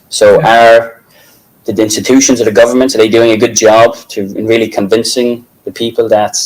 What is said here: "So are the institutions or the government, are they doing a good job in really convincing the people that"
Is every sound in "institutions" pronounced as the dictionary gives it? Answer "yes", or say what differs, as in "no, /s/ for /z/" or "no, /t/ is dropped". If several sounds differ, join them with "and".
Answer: yes